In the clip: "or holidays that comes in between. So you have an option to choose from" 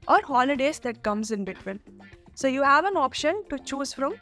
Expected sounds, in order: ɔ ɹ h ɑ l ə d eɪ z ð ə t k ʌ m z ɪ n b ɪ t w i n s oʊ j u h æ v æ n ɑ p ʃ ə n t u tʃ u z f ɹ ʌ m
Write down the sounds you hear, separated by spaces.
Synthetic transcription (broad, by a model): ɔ ɹ h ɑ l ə d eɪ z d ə t k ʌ m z ɪ n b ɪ t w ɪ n s oʊ j u h æ v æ n ɑ p ʃ ə n t u tʃ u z f ɹ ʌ m